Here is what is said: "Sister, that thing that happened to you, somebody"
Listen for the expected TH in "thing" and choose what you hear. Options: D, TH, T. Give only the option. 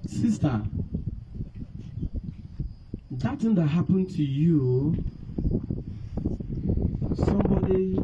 T